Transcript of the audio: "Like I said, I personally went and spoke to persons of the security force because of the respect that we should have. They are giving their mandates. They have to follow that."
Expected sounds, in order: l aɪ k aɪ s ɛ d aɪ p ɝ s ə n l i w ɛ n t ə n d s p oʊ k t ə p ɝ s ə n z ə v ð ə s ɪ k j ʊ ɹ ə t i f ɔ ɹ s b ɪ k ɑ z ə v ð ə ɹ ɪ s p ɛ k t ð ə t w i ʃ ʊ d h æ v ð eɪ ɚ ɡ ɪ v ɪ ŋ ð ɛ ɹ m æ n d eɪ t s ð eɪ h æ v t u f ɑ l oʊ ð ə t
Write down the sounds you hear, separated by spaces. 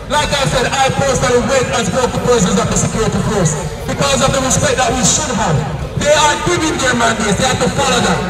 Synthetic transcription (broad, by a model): l aɪ k aɪ s ɛ d aɪ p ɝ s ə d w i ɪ t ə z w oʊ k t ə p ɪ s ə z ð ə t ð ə s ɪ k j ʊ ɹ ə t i f ɔ ɹ s b ɪ k ɑ z ə v ð ə ɹ ɪ s p ɛ k t ð ə t w i ʃ ʊ d h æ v ð eɪ ɚ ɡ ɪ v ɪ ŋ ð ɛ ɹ m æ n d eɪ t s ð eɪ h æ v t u f ɑ l oʊ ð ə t